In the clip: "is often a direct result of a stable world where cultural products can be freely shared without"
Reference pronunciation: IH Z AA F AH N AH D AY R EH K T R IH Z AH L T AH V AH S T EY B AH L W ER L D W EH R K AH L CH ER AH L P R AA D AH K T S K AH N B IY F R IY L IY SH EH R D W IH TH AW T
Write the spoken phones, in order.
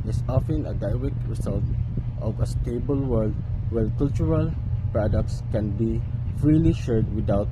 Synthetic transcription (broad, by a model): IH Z AA F AH N AH D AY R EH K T R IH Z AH L T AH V AH S T EY B AH L W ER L D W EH L K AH L CH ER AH L P R AA D AH K T S K AH N B IY F R IY L IY SH EH R D W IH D AW T